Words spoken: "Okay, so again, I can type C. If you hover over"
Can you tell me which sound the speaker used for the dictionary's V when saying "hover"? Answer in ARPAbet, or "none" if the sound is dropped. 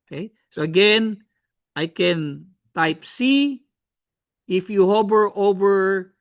B